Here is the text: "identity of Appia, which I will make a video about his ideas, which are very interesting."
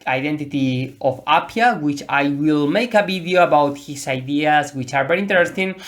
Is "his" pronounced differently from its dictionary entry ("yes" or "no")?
yes